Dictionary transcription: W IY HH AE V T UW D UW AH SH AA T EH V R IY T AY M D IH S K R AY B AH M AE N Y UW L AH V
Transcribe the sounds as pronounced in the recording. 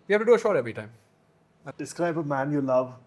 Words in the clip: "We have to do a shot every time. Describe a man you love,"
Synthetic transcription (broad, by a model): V IY HH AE F T UW D UW AH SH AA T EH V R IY T AY M D IH S K R AY B AH M AE N Y UW L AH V